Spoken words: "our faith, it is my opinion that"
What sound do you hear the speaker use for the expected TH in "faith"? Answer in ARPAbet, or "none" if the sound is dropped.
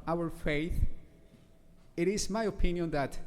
TH